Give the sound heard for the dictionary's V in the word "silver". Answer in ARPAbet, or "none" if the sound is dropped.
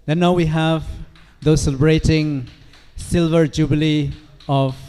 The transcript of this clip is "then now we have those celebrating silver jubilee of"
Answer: V